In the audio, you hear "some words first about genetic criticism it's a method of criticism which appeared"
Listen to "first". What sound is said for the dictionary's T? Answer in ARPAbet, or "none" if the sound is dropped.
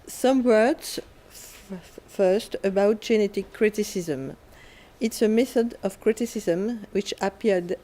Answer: T